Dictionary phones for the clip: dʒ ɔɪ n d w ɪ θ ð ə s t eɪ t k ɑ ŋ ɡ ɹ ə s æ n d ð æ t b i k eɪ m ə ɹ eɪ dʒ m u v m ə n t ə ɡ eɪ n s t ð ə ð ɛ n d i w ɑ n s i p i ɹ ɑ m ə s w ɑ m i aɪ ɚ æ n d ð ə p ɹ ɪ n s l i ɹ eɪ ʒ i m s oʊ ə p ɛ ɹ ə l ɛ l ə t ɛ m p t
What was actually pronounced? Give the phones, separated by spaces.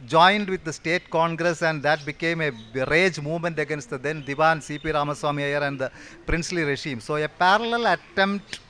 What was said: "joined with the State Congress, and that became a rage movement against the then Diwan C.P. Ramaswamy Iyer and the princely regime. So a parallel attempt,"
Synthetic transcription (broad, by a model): dʒ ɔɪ n d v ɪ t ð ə s t eɪ t k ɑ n ɡ ɹ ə s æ n d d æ t b i k eɪ m ə ɹ eɪ dʒ m u v m ə n t ə ɡ eɪ n s t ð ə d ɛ n d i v ɑ n s i p i ɹ ɑ m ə s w ɑ m i aɪ ɚ æ n d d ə p ɹ ɪ n s l i ɹ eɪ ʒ i m s oʊ ə p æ ɹ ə l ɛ l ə t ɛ m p t